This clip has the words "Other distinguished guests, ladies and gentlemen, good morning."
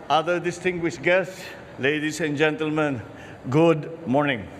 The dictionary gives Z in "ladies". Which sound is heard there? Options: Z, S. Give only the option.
S